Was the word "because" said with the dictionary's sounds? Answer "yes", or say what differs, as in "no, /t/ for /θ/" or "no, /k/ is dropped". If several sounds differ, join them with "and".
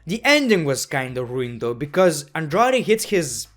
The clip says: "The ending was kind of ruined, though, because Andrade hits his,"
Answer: yes